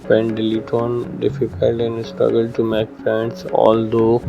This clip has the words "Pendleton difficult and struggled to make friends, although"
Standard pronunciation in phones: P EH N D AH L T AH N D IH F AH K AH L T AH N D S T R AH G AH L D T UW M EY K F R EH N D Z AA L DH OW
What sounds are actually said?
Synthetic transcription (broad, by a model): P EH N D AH L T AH N D IH F AH K AH L T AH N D S T R AH G AH L D T UW M EY K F EH N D S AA L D OW